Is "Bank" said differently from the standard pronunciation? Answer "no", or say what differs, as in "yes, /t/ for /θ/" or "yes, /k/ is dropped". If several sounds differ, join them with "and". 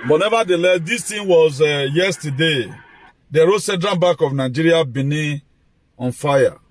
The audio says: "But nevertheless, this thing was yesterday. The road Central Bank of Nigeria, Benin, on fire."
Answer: yes, /ŋ/ is dropped